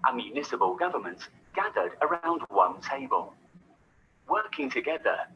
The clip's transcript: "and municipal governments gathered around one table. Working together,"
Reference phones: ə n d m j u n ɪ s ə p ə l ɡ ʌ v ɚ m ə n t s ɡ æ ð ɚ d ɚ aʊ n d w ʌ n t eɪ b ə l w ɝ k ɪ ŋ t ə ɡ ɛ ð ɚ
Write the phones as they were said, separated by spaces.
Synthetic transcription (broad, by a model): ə m j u n ɪ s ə b ə l ɡ ʌ v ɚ m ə n t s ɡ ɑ ð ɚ d ɚ aʊ n d w ʌ n t eɪ b ə l w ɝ k ɪ ŋ t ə ɡ ɛ ð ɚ